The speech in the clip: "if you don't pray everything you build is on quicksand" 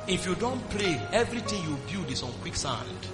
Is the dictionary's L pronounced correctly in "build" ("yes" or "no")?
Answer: no